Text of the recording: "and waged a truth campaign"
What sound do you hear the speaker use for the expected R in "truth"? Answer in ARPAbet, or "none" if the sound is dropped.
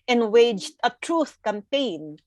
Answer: R